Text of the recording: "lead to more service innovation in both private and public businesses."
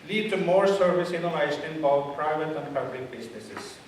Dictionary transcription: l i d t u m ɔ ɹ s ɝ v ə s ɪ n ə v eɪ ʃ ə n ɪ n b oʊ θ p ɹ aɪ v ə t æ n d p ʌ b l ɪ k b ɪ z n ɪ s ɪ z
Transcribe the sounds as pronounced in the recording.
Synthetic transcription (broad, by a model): l i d t u m ɔ ɹ s ɝ v ə s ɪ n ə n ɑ ə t ɪ n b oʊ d p ɹ aɪ v ə t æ n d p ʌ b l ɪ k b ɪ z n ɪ s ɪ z